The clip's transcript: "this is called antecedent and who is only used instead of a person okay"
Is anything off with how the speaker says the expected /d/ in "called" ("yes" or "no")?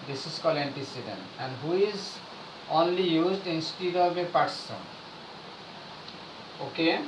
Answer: yes